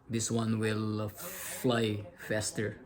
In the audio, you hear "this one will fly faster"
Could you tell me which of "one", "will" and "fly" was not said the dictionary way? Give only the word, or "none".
none